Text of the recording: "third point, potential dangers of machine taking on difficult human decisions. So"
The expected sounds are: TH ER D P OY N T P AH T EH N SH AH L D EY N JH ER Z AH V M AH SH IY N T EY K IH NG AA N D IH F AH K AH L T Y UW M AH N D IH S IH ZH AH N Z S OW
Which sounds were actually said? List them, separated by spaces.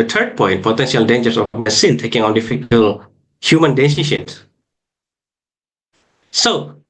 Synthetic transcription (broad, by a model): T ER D P OY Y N P AH T EH N SH AH L D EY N JH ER S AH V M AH S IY N T EY K IH NG AA N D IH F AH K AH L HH Y UW M AH N D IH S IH SH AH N S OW